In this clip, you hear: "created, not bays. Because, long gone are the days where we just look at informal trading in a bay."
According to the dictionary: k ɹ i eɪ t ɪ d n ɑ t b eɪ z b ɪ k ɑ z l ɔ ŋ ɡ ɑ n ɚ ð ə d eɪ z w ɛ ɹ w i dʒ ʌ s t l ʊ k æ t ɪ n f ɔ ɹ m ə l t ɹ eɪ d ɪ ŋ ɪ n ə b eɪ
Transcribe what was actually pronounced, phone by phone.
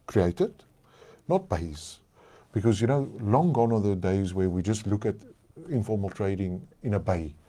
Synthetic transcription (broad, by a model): k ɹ i eɪ t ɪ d n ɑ t b eɪ z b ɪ k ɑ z l ɔ ŋ ɡ ɑ n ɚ ð ə d eɪ z w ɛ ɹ w i dʒ ʌ s t l ʊ k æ t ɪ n f ɔ ɹ m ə l t ɹ eɪ d ɪ ŋ ɪ n ə b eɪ